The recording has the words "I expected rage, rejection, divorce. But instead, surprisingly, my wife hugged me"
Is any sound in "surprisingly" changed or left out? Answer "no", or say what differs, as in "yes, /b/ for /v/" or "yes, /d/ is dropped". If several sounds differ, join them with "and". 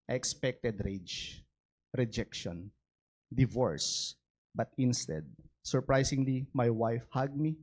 yes, /s/ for /z/